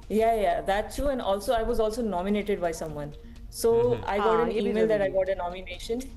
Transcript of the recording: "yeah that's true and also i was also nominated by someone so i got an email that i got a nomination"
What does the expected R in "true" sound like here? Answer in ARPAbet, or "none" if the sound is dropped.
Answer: none